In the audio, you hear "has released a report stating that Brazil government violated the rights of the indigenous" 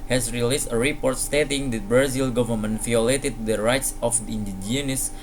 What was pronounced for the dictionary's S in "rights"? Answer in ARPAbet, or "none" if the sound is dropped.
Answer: S